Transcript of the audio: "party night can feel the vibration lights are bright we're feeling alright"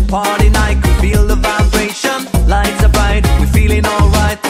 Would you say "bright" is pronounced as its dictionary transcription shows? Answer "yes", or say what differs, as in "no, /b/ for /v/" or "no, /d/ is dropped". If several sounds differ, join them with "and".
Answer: no, /ɹ/ is dropped